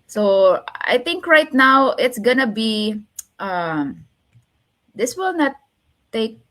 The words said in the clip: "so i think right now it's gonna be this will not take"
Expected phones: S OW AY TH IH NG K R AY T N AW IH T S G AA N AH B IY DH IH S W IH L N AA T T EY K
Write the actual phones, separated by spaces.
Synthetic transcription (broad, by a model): S OW AY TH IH NG K R AY T N AW IH T S G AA N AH B IY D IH S W IH L N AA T T EY K